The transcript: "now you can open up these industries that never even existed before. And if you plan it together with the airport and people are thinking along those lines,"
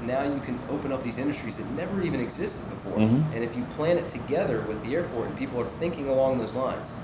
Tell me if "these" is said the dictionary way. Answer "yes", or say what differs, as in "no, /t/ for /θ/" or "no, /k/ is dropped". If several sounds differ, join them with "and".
yes